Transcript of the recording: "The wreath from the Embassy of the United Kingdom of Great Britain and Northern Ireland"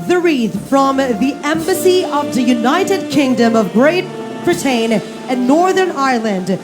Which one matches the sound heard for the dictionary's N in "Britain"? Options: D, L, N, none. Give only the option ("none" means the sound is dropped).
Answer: none